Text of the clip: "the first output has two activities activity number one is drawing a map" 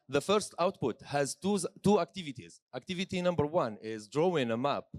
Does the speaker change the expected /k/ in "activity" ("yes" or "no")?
no